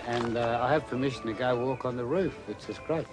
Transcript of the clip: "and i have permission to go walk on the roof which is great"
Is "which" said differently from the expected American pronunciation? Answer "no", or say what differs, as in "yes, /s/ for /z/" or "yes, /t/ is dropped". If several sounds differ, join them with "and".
yes, /s/ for /tʃ/